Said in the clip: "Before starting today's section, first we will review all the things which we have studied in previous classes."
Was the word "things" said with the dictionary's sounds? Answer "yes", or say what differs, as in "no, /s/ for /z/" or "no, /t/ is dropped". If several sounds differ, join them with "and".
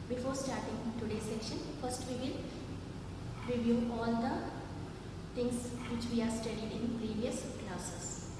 no, /t/ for /θ/